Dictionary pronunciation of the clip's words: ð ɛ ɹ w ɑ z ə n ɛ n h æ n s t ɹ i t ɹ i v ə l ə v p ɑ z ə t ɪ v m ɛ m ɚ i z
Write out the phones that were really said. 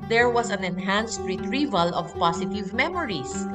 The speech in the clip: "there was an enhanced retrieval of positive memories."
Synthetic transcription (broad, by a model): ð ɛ ɹ w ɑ s ə n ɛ n h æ n s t ɹ i t ɹ i v ə l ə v p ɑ s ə t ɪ v m ɛ m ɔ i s